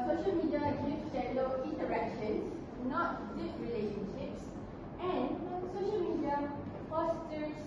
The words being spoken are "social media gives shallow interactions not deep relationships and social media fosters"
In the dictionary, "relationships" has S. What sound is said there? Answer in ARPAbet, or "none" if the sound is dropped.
S